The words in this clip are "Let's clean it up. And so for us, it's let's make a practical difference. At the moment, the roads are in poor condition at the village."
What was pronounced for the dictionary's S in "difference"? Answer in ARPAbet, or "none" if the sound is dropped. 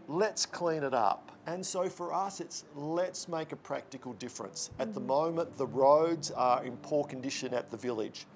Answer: S